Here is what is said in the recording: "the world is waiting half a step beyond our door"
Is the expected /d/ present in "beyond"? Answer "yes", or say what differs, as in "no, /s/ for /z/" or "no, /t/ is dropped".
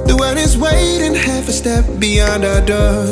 yes